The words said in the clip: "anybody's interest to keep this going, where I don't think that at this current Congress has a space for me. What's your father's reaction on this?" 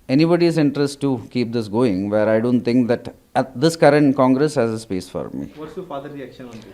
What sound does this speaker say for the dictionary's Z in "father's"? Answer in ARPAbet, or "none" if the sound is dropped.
none